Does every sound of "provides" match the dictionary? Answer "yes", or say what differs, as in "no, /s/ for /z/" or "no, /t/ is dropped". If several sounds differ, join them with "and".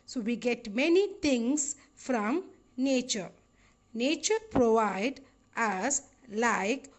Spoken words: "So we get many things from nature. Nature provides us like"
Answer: no, /z/ is dropped